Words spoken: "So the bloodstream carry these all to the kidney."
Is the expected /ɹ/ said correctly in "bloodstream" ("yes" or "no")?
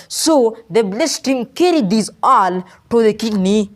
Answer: no